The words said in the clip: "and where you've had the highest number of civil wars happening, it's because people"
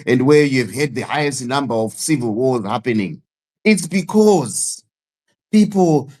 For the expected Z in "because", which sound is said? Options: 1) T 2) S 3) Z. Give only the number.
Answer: 3